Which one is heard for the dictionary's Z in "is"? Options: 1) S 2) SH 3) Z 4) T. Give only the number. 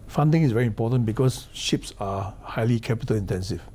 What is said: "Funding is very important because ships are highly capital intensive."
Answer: 1